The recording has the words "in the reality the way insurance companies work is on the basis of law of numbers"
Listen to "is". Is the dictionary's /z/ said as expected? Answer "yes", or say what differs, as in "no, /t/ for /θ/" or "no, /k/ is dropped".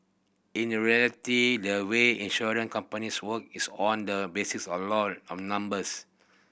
no, /s/ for /z/